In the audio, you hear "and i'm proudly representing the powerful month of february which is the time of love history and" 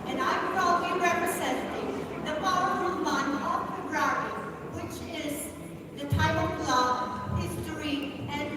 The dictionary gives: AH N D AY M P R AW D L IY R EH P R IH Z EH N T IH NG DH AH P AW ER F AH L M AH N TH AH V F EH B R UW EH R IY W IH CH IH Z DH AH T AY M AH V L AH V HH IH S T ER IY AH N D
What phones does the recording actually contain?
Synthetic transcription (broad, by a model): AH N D AY M P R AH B L IY R EH P R IH Z EH N T IH NG DH AH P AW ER AH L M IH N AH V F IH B R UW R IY W IH CH IH Z DH AH T AY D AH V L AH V HH IH S T ER IY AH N